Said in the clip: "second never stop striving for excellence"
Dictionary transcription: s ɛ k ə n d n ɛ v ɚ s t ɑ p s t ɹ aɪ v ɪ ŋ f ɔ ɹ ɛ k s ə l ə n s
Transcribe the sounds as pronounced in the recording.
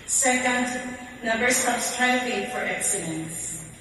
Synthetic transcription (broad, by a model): s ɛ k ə n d n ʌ b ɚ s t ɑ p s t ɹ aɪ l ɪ f ɔ ɹ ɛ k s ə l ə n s